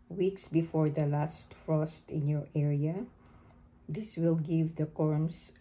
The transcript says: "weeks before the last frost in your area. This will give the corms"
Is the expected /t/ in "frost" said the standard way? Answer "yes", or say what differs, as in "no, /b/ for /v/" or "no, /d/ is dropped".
yes